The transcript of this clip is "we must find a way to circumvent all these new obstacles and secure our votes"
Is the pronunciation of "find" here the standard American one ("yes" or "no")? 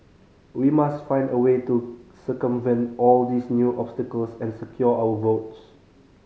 yes